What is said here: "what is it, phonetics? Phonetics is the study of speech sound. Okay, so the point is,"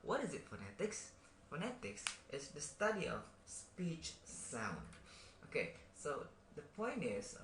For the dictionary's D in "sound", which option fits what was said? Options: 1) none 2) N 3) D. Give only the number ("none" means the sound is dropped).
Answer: 3